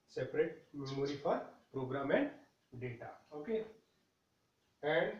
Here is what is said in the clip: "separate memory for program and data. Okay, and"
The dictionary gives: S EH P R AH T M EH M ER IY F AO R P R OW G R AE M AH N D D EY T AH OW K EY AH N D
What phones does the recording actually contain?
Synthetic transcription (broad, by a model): S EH P R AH T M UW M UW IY P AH R P R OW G R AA M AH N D D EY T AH OW K EY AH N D